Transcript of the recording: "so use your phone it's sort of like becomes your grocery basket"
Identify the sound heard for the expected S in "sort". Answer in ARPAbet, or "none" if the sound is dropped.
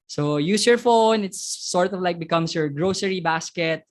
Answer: S